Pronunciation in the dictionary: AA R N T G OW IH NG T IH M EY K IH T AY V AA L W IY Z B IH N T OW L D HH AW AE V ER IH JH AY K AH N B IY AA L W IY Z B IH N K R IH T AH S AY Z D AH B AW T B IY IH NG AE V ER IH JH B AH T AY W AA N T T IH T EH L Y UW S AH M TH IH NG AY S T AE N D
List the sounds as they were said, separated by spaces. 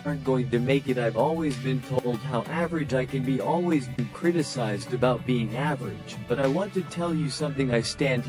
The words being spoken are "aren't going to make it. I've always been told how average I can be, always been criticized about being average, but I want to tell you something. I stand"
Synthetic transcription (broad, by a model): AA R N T G OW IH NG T IH M EY K IH T AY V AA L W IY Z B IH N T OW L D HH AW AE V ER IH JH AY K AH N B IY AA L W IY Z B IH N K R IH T AH S AY Z D AH B AW T B IY IH NG AE V ER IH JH B AH T AY W AA N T T IH T EH L Y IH S AH M TH IH NG AY S T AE N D